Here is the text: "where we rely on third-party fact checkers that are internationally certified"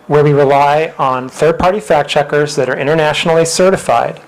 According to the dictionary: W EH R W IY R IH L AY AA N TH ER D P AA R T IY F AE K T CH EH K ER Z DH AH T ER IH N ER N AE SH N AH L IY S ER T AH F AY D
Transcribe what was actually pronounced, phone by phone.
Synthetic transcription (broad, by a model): W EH R W IY R IH L AY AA N TH ER D P AA R T IY F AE K CH EH K ER Z DH AH T ER IH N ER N AE SH N L IY S ER T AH F AY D